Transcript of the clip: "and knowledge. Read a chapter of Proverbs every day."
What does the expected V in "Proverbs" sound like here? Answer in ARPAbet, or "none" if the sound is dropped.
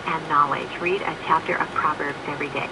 V